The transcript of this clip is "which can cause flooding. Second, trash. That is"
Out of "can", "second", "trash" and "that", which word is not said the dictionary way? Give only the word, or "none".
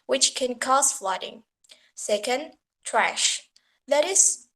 none